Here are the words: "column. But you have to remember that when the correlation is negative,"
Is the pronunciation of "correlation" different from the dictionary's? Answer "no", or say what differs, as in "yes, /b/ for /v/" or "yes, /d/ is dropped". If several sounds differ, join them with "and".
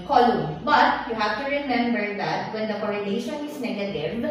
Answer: yes, /n/ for /l/